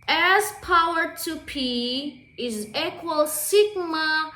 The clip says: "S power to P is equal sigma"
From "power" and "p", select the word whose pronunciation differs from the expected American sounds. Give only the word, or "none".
none